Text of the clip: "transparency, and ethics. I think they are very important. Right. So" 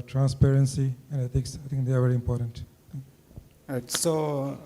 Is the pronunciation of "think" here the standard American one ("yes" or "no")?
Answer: no